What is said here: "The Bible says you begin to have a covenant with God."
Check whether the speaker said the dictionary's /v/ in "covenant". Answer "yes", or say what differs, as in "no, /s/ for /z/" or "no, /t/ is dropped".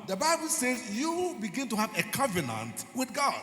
yes